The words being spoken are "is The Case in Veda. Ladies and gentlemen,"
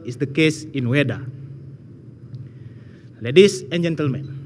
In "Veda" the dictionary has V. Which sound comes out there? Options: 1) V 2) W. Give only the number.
2